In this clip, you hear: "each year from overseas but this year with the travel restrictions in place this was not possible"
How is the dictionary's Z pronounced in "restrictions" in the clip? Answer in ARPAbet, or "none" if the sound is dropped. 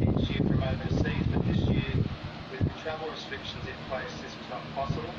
Z